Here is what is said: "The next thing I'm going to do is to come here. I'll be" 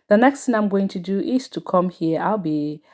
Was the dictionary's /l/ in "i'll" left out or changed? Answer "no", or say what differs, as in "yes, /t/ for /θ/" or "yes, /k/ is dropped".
no